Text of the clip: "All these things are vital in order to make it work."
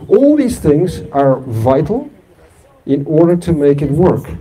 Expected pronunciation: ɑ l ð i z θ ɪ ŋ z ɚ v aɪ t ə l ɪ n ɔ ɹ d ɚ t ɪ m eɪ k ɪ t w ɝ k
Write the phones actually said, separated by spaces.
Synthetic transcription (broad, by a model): ɑ l ð i z θ ɪ ŋ z ɚ v aɪ t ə l ɪ n ɔ ɹ d ɚ t ɪ m eɪ k ɪ t w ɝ k